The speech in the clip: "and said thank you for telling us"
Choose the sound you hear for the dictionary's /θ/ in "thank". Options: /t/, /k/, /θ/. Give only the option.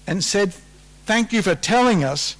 /θ/